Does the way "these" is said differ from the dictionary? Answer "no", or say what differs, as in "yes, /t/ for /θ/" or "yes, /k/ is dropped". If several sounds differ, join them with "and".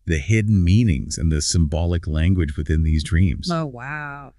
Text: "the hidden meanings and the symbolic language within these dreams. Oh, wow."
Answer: no